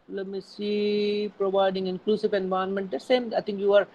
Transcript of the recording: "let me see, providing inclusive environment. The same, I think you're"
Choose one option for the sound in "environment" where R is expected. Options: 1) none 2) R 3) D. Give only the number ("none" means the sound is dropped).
1